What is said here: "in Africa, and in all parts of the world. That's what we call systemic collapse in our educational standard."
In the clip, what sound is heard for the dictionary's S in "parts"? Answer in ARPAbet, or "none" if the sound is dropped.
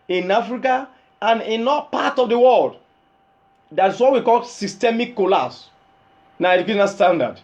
none